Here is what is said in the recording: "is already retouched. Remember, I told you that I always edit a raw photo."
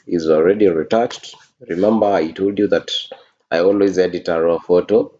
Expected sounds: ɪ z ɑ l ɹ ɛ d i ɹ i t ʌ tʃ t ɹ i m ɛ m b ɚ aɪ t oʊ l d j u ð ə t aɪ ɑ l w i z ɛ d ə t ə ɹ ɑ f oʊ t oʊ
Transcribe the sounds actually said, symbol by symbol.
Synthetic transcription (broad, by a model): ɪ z ɑ l ɹ ɛ d i ɹ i t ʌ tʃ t ɹ i m ɛ m b ɚ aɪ t oʊ l d j u ð ə t aɪ ɑ l w i z ɛ d ə t ə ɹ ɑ f oʊ t oʊ